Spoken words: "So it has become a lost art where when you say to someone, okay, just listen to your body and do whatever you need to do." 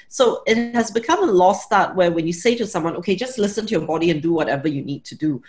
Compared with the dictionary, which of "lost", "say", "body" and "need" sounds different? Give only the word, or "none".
none